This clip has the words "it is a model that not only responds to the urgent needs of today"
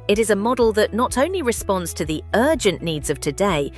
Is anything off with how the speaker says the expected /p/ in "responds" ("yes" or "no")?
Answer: no